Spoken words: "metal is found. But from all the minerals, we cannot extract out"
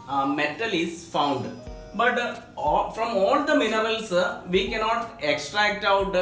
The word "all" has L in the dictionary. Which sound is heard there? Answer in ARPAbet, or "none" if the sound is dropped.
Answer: L